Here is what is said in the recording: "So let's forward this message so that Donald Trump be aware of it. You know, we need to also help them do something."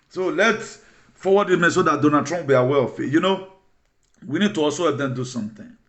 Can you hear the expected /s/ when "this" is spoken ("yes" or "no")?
no